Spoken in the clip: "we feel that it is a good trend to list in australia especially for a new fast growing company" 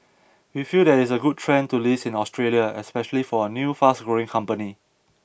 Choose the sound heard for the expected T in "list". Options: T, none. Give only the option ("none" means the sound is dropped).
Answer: none